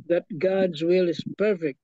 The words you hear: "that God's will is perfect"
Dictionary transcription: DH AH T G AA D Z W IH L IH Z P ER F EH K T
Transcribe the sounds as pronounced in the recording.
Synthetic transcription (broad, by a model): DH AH T G AA D Z W IH L IH Z P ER F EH K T